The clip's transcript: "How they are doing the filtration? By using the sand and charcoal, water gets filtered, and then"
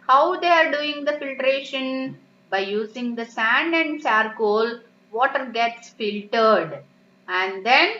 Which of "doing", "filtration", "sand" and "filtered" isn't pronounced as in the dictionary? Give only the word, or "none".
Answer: none